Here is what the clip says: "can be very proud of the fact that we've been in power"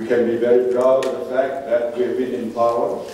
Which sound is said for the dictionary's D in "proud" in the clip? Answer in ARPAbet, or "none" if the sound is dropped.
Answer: none